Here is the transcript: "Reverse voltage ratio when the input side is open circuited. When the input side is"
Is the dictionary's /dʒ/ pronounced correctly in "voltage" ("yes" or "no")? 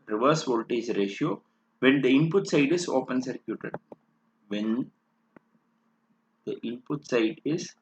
no